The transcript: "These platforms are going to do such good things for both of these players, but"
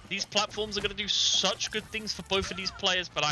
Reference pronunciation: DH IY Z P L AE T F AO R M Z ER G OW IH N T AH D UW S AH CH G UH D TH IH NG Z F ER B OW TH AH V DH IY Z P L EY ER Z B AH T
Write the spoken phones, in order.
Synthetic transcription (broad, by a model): DH IY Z P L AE T F AO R M Z ER G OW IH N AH D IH S AH CH G UH D TH IH NG Z F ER B OW TH AH V DH IY Z P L EY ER Z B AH T